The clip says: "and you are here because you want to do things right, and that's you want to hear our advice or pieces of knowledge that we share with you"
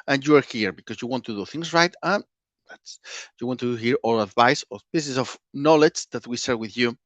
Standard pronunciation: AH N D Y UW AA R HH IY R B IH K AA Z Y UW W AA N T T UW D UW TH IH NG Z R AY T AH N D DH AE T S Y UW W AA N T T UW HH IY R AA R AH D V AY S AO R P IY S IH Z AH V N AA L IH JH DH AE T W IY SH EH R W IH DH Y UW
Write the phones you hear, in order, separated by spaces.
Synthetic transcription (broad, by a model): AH N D Y UW AA R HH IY R B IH K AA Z Y UW W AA N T T UW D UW TH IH NG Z R AY T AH N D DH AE T S Y UW W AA N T T UW HH IY R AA L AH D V AY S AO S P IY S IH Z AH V N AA L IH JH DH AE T W IY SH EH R W IH DH Y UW